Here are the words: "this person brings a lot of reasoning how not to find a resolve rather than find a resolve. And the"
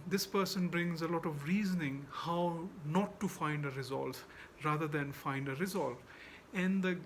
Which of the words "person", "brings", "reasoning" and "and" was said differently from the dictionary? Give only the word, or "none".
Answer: none